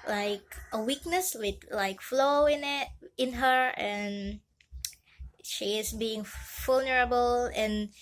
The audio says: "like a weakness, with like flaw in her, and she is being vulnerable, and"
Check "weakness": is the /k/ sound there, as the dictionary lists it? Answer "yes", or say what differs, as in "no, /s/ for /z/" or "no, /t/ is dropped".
yes